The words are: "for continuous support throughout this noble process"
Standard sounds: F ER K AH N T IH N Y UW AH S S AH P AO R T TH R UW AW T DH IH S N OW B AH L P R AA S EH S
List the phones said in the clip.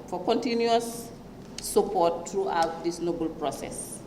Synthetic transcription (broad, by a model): F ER K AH N T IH N Y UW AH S S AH P AO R T R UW AW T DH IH S N OW B AH L P R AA S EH S